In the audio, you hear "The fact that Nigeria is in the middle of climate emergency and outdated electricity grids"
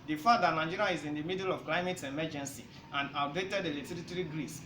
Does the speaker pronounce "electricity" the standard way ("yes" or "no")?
no